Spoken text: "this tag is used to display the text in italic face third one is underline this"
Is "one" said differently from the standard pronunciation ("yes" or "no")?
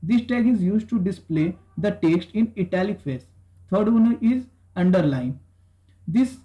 yes